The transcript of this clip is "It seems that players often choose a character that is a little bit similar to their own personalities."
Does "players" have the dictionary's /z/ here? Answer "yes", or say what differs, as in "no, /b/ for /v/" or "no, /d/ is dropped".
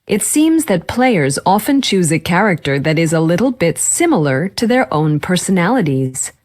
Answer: yes